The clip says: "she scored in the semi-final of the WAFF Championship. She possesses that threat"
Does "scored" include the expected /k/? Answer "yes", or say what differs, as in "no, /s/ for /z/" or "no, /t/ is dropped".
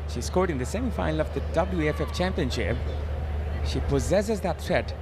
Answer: yes